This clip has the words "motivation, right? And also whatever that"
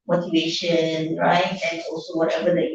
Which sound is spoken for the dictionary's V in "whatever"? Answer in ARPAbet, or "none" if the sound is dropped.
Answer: B